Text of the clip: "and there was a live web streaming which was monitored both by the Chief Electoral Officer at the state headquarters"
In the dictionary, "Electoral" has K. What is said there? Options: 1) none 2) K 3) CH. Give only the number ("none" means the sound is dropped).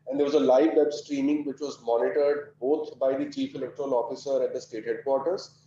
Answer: 2